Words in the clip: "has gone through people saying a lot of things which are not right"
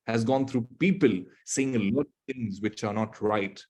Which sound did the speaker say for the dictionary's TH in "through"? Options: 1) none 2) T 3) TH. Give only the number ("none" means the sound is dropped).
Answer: 2